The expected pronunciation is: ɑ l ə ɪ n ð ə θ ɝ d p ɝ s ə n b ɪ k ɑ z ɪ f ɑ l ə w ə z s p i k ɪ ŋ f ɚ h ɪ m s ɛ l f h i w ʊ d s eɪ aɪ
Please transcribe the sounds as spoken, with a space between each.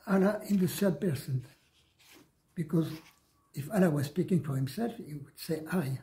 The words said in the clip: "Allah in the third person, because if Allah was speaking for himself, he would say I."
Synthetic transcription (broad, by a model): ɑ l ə ɪ n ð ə s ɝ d p ɝ s ə n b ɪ k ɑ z ɪ f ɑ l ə w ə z s p i k ɪ ŋ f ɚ h ɪ m s ɛ l f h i w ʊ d s eɪ aɪ